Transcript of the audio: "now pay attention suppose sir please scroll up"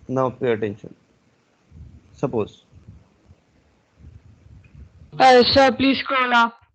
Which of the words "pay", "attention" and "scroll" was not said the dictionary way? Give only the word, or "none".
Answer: scroll